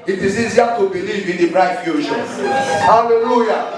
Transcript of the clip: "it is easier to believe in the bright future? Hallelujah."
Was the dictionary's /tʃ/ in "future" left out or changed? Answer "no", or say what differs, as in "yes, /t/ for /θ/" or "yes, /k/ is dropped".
yes, /ʃ/ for /tʃ/